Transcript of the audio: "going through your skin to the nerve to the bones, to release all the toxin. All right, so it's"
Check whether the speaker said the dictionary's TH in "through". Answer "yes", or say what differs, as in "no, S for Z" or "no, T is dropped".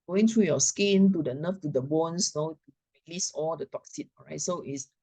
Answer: no, T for TH